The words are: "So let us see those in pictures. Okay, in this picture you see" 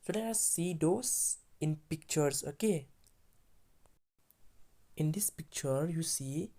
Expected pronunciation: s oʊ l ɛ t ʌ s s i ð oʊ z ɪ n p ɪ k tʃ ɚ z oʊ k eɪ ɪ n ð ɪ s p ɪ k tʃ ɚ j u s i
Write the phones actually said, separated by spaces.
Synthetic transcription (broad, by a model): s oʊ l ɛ ʌ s s i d oʊ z ɪ n p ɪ k tʃ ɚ s oʊ k eɪ ɪ n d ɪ s p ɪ k tʃ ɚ j u s i